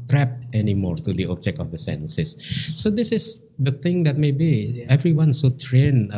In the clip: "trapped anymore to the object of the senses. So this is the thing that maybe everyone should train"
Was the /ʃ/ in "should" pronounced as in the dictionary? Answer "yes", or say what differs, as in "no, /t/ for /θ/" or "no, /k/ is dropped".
no, /s/ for /ʃ/